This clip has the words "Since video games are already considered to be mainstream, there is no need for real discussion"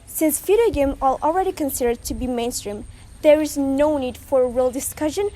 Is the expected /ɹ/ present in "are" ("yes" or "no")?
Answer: no